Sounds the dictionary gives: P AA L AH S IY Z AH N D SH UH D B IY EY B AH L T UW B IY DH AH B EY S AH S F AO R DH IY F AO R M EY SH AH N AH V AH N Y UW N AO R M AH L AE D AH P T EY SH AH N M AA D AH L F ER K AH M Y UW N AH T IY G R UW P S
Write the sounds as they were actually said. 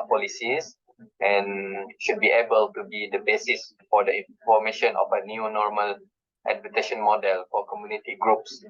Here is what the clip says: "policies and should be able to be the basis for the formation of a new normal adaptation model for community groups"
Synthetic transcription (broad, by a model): P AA L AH S IY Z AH N SH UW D B IY EY B AH L T UW B IY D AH B EY S AH S F AO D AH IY F AO M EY SH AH N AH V AH N Y UW N AO R M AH L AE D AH T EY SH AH N M AA D AH L F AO K AH M Y UW N AH T IY G R UW P S